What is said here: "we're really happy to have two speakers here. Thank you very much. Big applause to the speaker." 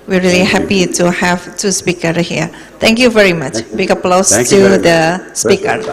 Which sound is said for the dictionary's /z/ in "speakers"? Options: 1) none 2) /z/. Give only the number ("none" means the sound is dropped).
1